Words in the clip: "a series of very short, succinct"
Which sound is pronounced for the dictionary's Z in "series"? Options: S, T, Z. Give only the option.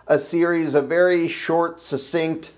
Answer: Z